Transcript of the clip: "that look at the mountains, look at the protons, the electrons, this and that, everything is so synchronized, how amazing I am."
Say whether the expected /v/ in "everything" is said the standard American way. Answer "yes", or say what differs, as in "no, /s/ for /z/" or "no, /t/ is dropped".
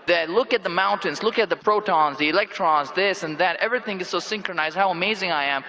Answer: yes